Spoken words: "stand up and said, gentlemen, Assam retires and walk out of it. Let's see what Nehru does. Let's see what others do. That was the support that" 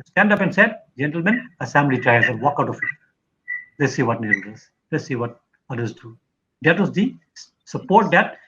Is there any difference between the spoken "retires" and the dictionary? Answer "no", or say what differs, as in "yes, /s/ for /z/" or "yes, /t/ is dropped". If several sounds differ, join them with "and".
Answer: yes, /l/ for /ɹ/